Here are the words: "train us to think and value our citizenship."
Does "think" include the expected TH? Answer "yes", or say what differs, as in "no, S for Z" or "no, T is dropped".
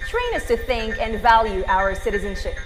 yes